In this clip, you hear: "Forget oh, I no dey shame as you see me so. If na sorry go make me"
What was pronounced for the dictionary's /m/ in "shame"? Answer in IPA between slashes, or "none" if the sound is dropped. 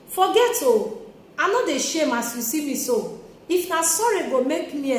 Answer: /m/